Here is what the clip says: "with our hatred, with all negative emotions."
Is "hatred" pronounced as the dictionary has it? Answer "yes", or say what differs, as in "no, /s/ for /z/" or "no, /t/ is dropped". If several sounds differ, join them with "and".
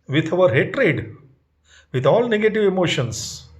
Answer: yes